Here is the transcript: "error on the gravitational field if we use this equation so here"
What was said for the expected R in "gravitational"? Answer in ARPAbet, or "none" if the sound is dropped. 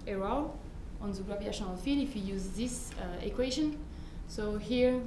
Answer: L